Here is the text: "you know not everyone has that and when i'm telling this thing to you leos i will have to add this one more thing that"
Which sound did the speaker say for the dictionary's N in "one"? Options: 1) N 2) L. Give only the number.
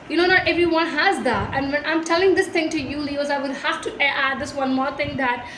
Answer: 1